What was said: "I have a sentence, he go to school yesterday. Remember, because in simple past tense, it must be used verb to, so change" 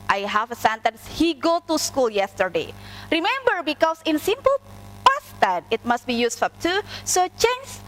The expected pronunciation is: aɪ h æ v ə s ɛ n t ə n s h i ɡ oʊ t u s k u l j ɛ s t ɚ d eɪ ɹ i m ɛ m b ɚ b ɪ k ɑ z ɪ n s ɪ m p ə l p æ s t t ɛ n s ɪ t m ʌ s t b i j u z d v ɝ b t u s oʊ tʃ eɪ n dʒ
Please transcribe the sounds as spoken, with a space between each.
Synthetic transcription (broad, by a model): aɪ h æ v ə s ɛ n t ə n s h i ɡ oʊ t u s k u l j ɛ s t ɚ d eɪ ɹ i m ɛ m b ɚ b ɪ k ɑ s ɪ n s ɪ m p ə l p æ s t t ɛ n ɪ t m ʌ s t b i j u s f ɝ t u s oʊ tʃ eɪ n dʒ